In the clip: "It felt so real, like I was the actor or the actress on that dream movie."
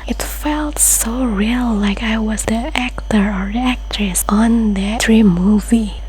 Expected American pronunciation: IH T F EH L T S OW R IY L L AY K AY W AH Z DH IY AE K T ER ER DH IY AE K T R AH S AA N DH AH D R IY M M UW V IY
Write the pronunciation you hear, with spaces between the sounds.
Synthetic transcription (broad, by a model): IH T F EH L T S OW R IY L L AY K AY W AH Z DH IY AE K T ER ER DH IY AE K T R AH S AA N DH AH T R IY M M UW V IY